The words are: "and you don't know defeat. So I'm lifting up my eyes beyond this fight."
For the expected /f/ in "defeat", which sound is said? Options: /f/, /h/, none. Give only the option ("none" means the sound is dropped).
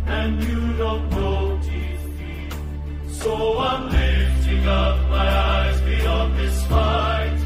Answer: none